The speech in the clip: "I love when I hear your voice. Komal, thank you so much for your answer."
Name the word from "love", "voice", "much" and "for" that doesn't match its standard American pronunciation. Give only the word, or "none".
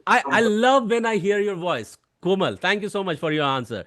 none